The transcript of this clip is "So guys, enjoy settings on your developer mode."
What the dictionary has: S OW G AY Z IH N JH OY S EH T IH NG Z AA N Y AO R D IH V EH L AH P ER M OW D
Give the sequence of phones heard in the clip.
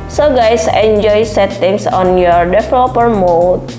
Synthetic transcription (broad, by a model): S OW G AY S IH N JH OY S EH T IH NG S AA N Y AO R D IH F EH L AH P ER M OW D